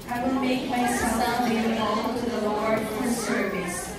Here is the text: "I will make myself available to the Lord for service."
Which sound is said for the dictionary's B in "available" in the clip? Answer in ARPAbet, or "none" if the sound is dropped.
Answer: none